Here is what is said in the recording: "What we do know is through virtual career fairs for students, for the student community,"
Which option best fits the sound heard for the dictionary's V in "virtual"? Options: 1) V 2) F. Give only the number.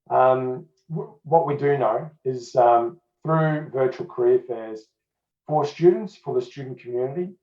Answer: 1